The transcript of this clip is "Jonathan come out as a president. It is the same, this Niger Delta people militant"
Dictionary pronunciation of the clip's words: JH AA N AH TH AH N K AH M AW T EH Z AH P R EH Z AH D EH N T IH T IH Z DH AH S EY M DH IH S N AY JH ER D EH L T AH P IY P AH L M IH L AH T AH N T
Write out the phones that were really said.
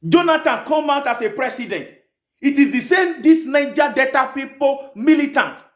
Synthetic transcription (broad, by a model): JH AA N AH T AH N K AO M AW T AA S AH P R EH S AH D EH N T IH T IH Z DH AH S EY M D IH S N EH JH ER D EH T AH P IY P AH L M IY L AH T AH N T